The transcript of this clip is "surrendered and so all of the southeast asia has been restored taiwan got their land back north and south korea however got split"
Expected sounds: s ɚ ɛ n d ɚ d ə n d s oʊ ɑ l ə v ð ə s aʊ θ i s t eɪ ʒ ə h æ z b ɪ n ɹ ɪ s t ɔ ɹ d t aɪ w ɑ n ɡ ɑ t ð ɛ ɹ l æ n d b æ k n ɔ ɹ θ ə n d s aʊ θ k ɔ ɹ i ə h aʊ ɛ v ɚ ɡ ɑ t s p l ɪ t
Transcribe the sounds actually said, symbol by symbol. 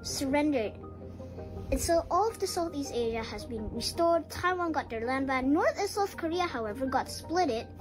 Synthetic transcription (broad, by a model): s ɚ ɛ n d ɚ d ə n s oʊ ɑ l ə v ð ə s aʊ θ i s t eɪ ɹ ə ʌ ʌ z b ɪ n ɹ ɪ s t ɔ ɹ d t aɪ w ɑ n ɡ ɑ t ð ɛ ɹ l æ n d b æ n ɔ ɹ θ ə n s aʊ θ k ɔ ɹ i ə h aʊ ɛ v ɚ ɡ ɑ t s p l ɪ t